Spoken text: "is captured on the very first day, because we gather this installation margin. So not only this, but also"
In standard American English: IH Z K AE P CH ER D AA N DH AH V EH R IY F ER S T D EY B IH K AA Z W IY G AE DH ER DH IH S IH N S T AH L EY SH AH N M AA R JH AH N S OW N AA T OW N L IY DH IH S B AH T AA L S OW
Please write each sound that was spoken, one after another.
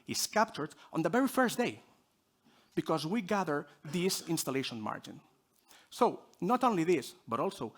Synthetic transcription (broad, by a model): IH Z K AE P CH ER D AA N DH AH V EH R IY F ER S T D EY B IH K AA Z W IY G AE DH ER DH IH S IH N S T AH L EY SH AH N M AA R JH AH N S OW N AA T OW N L IY DH IH S B AH T AA L S OW